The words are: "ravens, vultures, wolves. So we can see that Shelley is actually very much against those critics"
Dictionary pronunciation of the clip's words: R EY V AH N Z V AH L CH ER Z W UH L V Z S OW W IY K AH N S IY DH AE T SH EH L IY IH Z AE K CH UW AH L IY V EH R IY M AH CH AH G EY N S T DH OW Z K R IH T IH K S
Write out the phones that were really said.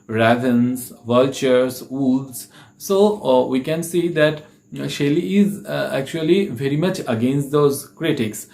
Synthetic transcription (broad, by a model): R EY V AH N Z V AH L CH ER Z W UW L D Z S OW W IY K AH N S IY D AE T SH EH L IY IH Z AE K CH UW AH L IY V EH R IY M AH CH AH G EY N S T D OW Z K R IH T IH K S